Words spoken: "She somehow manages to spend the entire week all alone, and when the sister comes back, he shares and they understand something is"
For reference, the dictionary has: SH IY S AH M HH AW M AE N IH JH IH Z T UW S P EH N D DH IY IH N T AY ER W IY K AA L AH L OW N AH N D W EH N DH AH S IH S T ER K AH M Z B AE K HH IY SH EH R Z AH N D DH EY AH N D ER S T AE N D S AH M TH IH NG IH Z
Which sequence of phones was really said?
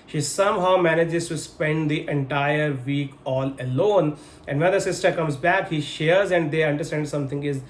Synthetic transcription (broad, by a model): SH IY S AH M HH AW M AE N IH JH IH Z T UW S P EH N D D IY IH N T AY ER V IY K AA L AH L OW N AH N D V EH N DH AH S IH S T ER K AH M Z B AE K HH IY SH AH R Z AH N D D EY AH N D ER S T AE N D S AH M T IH NG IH Z